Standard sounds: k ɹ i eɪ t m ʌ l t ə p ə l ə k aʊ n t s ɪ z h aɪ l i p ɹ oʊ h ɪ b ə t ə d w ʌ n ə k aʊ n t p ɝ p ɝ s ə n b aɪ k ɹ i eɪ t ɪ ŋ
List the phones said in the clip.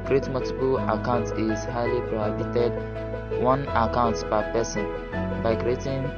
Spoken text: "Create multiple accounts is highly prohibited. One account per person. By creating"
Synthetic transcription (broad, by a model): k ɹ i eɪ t m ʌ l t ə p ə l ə k aʊ n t ɪ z h aɪ l i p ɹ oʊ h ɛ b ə t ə d w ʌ n ə k aʊ n t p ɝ p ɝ s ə n b aɪ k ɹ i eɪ t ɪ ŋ